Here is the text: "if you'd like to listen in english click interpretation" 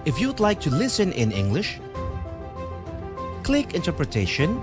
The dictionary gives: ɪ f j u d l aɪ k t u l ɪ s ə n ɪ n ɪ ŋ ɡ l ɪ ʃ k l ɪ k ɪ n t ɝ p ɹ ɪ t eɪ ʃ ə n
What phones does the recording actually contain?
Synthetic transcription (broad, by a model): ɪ f j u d l aɪ k t u l ɪ s ə n ɪ n ɪ ŋ ɡ l ɪ ʃ k l ɪ k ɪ n t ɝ p ɹ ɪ t eɪ ʃ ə n